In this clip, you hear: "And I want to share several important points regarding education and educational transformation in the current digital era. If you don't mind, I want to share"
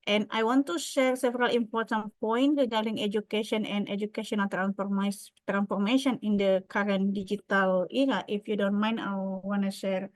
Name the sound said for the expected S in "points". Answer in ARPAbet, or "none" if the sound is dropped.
none